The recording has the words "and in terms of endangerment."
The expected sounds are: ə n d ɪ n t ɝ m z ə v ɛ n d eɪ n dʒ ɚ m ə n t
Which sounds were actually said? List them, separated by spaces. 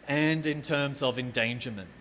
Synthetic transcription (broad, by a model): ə n d ɪ n t ɝ m z ə v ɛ n d eɪ n dʒ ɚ m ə n t